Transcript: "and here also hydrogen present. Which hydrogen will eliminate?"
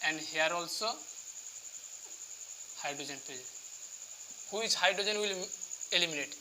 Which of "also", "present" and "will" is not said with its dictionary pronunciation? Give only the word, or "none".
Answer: present